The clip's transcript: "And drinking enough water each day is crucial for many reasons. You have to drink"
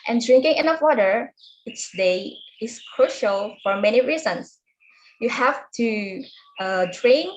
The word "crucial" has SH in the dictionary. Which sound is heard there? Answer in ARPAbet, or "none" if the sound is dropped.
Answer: SH